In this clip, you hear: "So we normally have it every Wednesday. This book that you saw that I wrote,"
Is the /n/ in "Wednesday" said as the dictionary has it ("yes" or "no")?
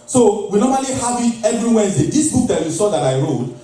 no